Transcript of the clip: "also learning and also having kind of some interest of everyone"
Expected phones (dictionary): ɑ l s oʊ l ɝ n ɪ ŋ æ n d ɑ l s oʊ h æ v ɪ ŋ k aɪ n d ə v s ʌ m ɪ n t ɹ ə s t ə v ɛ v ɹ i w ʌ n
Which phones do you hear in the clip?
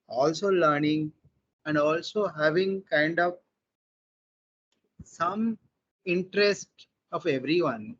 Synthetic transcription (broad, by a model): ɑ l s oʊ l ɝ n ɪ ŋ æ n d ɑ l s oʊ h æ v ɪ ŋ k aɪ n d ə v s ʌ m ɪ n t ɹ ə s t ə v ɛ v ɹ i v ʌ n